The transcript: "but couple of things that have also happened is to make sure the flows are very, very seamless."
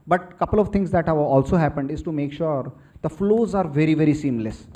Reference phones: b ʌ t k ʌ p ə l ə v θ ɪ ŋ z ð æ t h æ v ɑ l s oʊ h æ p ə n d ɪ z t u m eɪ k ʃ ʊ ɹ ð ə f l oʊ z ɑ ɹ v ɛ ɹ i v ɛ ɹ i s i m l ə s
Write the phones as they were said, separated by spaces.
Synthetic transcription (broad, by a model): b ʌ t k ʌ p ə l ə v t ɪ ŋ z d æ t h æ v ɑ l s oʊ h æ p ə n d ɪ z t u m eɪ k ʃ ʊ ɹ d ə f l oʊ z ɑ ɹ v ɛ ɹ i v ɛ ɹ i s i m l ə s